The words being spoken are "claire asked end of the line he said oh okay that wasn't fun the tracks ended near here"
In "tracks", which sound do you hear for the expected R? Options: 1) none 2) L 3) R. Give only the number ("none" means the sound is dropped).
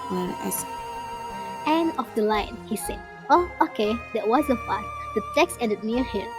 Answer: 1